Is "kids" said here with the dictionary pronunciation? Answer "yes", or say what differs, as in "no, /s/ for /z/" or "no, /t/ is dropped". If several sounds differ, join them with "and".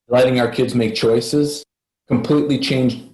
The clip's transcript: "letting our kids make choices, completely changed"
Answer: yes